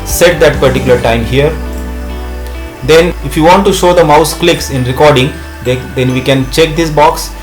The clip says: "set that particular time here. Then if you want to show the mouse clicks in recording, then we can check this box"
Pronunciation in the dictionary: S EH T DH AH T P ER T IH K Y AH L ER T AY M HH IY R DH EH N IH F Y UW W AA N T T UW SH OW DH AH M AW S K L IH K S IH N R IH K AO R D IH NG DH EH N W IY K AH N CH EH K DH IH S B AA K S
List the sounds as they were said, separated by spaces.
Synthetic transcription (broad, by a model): S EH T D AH T P ER T IH K Y AH L ER T AY M HH IY R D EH N IH F Y UW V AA N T T UW SH OW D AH M AW S K L IH K S IH N R IH K AO R D IH NG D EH N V IY K AH N CH EH K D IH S B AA K S